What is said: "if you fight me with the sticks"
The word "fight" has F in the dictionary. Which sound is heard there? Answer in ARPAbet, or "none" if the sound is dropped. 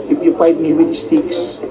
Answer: P